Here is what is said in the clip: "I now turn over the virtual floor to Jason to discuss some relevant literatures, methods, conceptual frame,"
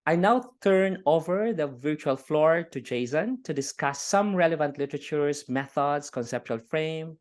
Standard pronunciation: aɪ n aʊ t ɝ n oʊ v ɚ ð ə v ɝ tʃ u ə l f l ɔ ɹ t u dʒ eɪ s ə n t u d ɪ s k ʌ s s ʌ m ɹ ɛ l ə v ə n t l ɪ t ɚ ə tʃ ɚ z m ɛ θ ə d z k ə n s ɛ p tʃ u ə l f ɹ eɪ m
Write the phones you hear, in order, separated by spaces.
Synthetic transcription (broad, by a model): aɪ n aʊ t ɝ n oʊ v ɚ ð ə v ɝ tʃ u ə l f l ɔ ɹ t u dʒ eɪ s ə n t u d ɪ s k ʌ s s ʌ m ɹ ɛ l ə v ə n t l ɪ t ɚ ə tʃ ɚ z m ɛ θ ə d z k ə n s ɛ p tʃ u ə l f ɹ eɪ m